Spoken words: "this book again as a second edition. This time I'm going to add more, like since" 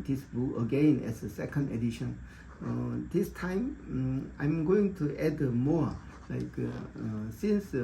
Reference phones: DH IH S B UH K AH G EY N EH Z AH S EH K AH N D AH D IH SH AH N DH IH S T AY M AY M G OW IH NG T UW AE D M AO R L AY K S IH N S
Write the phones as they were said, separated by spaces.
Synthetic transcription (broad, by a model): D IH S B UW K AH G EY N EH S AH S EH K AH N D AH D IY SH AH N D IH S T AY M AY M G OW IH NG T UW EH D M AO L AY K S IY N S